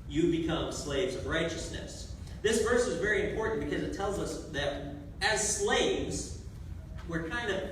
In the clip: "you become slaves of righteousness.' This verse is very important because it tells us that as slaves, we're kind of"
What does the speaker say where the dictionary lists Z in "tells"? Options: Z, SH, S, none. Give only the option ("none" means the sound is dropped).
Z